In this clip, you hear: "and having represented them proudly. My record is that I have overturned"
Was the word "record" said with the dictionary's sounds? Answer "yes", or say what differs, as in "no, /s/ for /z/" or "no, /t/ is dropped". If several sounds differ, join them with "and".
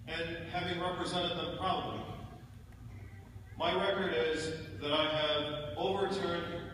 yes